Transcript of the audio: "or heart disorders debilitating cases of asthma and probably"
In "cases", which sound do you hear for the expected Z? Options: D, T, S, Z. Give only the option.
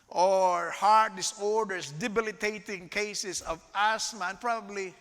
S